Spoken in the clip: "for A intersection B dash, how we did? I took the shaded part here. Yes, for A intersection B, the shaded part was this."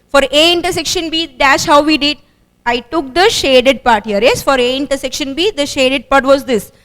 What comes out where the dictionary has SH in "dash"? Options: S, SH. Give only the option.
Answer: S